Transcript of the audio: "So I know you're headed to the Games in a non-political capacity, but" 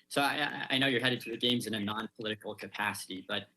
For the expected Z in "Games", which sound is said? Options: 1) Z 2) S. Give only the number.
1